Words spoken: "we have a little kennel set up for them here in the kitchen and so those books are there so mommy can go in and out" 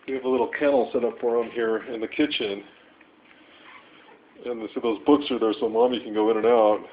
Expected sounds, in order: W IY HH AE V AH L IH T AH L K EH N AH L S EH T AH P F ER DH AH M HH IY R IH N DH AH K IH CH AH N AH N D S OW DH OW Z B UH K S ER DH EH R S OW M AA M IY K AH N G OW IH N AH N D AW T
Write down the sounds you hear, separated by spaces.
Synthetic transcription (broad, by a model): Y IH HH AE V AH L IH T L K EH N L S EH T AH P F ER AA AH M HH IY R IH N DH AH K IH CH AH N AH N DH S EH DH OW Z B UH K S ER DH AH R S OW M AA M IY K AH N G OW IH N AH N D AW T